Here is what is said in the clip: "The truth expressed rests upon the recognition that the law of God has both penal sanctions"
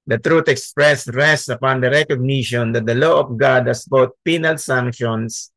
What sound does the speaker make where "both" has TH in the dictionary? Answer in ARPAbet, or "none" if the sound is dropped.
T